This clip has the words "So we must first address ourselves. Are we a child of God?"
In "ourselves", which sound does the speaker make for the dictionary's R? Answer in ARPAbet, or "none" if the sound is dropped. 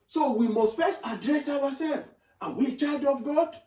W